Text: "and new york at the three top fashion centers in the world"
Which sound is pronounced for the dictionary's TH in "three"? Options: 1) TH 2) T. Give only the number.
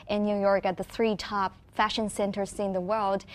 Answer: 1